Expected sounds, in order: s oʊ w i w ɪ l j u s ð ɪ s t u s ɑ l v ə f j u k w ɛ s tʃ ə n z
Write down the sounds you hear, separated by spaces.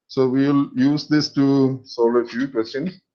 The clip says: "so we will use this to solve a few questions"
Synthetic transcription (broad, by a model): s oʊ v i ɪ l j u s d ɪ s t u s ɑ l ə f j u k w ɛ s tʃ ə n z